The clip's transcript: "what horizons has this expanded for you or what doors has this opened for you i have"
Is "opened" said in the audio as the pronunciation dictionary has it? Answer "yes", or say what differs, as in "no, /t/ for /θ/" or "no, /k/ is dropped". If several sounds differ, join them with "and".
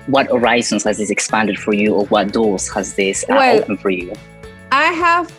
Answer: no, /p/ is dropped